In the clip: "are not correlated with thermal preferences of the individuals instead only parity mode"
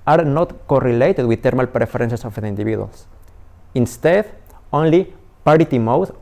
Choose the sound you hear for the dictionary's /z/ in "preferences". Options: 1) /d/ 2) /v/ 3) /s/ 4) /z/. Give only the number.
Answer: 3